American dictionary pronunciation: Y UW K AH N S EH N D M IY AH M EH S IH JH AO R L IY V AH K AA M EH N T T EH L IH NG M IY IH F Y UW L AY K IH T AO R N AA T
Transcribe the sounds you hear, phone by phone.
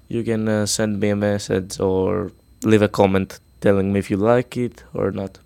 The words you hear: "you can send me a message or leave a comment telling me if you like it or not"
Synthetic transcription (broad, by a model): Y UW K AH N S EH N D M IY AH M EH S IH Z AO R L IY V AH K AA M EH N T T EH L IH NG M IY IH F Y UW L AY K IH T AO R N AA T